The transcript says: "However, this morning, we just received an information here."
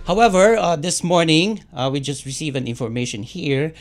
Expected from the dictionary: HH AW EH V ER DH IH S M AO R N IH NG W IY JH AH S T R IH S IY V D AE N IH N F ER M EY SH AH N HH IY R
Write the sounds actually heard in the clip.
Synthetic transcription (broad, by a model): HH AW EH V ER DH IH S M AO R N IH NG W IY JH AH S T R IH S IY V AE N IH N F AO M EY SH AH N HH IY R